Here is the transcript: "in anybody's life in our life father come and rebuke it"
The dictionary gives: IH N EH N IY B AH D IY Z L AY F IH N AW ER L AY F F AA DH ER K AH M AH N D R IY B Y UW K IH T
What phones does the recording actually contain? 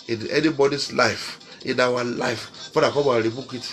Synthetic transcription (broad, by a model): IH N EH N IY B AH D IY S L AY F IH N AW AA L AY F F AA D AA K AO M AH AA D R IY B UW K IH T